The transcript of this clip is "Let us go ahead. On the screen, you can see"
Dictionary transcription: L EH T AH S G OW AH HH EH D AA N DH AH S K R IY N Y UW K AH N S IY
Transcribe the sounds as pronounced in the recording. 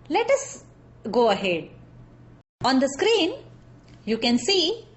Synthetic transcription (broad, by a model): L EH T AH S G OW AH HH EH D AA N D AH S K R IY N Y UW K AH N S IY